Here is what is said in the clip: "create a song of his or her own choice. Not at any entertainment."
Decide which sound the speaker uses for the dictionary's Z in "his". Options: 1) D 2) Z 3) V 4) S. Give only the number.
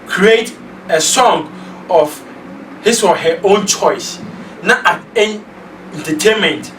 4